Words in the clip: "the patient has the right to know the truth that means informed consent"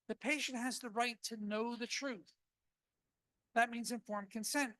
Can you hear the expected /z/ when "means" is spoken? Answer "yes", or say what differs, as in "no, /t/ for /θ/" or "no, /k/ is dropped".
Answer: yes